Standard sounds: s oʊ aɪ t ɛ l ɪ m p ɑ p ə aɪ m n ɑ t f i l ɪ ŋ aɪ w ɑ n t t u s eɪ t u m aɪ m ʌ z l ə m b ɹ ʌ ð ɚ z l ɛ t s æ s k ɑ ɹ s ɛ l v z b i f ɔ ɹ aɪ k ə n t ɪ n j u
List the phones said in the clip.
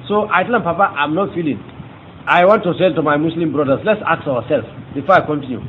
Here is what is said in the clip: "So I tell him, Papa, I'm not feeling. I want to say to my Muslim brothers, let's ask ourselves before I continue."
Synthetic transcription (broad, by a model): s oʊ aɪ t ɛ l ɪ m p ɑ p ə aɪ m n ɑ t f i l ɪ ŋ aɪ w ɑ n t t u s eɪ t u m aɪ m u s l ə m b ɹ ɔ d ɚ s l ɛ t s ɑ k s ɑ w s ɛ l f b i f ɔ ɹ aɪ k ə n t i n j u